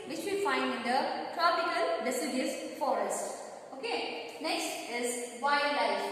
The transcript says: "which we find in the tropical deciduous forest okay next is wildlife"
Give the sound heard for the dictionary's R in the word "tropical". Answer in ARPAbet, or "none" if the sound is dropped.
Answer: R